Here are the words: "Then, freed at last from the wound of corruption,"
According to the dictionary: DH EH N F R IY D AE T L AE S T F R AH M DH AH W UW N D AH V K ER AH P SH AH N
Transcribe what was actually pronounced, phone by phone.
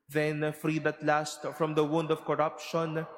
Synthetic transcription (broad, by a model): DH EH N F R IY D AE T L AE S T F R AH M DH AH W UW N D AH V K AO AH P SH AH N